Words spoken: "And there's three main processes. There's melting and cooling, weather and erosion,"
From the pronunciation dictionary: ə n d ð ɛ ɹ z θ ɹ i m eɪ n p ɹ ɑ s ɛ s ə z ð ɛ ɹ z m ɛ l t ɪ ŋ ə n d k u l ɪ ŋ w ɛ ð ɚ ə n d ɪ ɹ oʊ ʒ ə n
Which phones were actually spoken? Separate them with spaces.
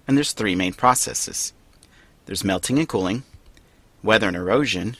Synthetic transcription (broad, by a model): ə n ð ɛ ɹ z θ ɹ i m eɪ n p ɹ ɑ s ɛ s ə z ð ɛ ɹ z m ɛ l t ɪ ŋ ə n k u l ɪ ŋ w ɛ ð ɚ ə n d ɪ ɹ oʊ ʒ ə n